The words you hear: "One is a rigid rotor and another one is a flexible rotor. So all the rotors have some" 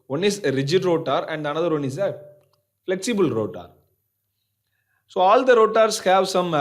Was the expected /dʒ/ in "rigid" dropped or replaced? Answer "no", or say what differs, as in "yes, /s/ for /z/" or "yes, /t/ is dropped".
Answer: no